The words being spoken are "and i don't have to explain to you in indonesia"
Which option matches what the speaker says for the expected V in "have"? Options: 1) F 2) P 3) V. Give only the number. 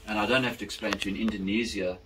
1